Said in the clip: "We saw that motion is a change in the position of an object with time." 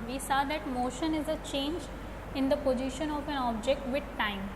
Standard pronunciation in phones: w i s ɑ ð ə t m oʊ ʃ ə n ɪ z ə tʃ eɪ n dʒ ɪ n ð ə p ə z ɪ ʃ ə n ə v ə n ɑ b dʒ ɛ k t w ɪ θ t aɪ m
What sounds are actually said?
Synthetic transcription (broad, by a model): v i s ɑ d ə t m oʊ ʃ ə n ɪ z ə tʃ eɪ n dʒ ɪ n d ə p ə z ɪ ʃ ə n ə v ə n ɑ b dʒ ɛ k t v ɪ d t aɪ m